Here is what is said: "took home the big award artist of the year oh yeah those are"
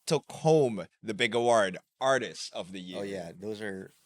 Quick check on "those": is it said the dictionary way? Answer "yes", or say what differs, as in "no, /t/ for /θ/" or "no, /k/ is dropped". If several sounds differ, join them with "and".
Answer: yes